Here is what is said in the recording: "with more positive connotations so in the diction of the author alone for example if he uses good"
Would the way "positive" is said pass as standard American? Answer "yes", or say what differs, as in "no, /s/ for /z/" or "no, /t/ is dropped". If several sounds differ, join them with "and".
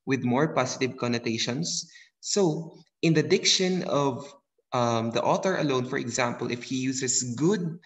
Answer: no, /s/ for /z/